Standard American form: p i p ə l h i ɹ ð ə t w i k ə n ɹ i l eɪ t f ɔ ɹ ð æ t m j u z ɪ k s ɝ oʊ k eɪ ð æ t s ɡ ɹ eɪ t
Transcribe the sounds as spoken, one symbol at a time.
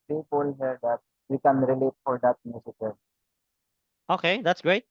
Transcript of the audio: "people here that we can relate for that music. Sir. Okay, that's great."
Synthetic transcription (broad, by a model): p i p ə l h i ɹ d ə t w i k ə n ɹ i l eɪ t f ɔ ɹ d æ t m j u s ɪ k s oʊ k eɪ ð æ t s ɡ ɹ eɪ t